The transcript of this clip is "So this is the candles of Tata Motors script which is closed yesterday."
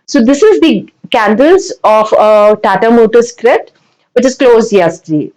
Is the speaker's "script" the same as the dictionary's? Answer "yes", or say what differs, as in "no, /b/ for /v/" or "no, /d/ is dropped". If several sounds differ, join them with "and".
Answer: no, /p/ is dropped